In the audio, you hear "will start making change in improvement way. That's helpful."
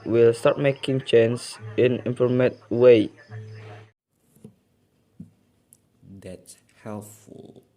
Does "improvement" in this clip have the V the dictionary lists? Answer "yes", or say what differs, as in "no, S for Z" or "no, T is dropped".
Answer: no, V is dropped